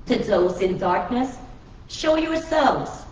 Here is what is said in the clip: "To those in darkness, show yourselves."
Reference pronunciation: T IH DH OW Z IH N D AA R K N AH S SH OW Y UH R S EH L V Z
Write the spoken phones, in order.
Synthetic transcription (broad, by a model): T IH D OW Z IH N D AA R K N AH S SH OW Y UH R S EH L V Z